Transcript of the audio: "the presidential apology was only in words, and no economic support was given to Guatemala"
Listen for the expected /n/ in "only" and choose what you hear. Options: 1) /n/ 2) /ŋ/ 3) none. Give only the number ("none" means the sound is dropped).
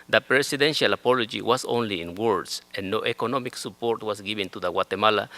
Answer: 1